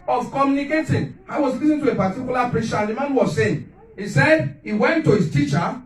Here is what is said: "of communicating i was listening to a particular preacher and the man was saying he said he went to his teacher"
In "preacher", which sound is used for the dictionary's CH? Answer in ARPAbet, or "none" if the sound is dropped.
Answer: SH